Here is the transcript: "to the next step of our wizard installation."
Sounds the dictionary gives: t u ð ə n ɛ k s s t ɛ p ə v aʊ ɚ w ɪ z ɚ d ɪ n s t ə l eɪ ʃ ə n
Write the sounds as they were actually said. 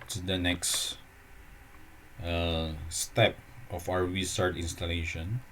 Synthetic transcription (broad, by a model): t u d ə n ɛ k s s t ɛ p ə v aʊ ɚ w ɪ s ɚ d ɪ n s t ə l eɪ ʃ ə n